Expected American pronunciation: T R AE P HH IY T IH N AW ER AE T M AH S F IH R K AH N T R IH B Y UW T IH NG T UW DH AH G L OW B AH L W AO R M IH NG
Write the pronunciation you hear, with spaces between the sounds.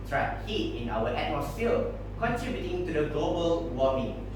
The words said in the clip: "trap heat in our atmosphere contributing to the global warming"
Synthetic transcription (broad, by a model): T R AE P HH IY T IH N AW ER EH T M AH S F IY L K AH N T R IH B Y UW T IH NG T UW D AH G L OW B AH L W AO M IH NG